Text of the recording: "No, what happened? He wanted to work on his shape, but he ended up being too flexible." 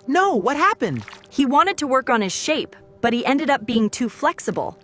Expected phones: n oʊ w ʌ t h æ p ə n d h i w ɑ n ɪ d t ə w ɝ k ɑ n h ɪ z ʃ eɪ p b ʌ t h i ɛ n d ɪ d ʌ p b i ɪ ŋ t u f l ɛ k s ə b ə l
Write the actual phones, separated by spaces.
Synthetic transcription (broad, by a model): n oʊ w ʌ t h æ p ə n d h i w ɑ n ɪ d t ə w ɝ k n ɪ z ʃ eɪ p b ʌ t h i ɛ n d ɪ d ʌ p b i ɪ ŋ t u f l ɛ k s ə b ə l